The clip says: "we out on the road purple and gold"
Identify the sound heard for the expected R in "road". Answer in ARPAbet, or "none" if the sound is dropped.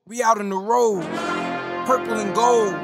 R